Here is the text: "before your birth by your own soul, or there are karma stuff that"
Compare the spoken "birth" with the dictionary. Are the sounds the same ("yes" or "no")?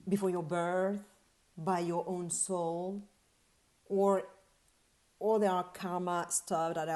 yes